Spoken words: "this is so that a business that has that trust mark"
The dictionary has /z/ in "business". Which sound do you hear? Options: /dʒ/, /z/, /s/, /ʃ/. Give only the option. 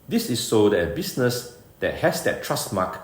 /s/